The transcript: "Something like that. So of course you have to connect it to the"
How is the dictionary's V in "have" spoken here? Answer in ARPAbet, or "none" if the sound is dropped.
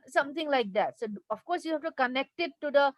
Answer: F